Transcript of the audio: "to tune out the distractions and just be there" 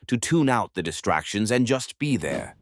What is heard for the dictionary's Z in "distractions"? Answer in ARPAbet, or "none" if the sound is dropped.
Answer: Z